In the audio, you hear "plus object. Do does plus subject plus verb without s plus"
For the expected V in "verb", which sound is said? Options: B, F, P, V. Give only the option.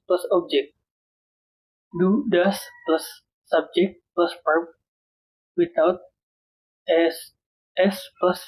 P